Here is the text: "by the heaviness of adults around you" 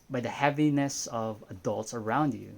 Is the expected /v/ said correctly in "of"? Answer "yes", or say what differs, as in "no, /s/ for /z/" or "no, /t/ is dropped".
yes